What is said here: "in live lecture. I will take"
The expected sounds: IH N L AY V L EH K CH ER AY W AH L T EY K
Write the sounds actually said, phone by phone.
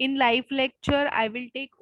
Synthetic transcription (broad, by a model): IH N L AY F L EH K CH ER AY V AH L T EY K